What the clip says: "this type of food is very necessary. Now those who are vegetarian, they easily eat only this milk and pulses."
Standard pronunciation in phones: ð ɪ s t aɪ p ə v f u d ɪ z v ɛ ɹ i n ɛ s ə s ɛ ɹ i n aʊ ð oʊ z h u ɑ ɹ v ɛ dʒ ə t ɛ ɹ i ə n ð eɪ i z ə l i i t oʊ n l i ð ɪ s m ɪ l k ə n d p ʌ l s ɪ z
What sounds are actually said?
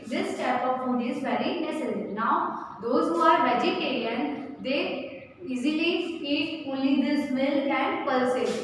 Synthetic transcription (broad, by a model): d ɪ s t aɪ p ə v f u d ɪ z v ɛ ɹ i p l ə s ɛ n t n aʊ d oʊ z h u ɑ ɹ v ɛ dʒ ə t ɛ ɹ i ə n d eɪ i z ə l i i t oʊ n l i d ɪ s m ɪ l ə n d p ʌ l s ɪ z